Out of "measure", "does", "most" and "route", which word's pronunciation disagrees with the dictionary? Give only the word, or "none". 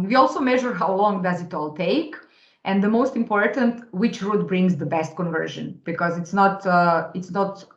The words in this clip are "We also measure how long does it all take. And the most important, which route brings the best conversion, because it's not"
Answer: none